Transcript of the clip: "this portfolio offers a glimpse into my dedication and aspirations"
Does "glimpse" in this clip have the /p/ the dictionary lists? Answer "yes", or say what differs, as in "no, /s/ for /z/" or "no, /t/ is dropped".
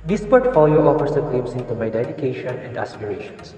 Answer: no, /p/ is dropped